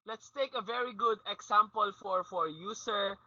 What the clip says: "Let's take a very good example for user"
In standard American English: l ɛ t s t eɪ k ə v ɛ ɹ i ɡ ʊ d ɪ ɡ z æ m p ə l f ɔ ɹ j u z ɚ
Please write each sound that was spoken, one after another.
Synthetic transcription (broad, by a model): l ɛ t s t eɪ k ə v ɛ ɹ i ɡ ʊ d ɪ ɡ s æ m p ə l f ɔ ɹ j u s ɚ